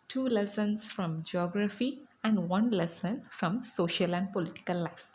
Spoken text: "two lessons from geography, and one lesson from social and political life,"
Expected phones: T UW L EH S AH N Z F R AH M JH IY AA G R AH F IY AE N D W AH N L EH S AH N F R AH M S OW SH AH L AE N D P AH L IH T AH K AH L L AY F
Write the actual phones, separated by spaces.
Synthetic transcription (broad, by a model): T UW L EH S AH N S F R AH M JH IY AA G R AH F IY AE N D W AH N L EH S AH N F R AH M S OW SH AH L AE N D P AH L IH T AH K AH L L AY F